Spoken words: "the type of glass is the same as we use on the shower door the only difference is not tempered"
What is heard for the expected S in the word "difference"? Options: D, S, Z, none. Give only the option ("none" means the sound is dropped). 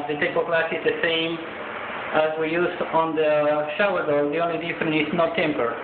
none